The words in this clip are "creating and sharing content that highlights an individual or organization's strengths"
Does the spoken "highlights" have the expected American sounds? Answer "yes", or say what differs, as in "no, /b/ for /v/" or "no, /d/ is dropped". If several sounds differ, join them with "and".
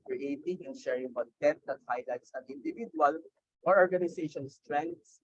yes